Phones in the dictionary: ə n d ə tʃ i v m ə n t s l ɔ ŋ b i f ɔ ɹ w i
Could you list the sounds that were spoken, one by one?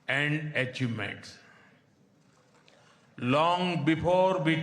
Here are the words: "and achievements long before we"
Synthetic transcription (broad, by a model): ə n d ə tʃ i m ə t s l ɔ ŋ b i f ɔ ɹ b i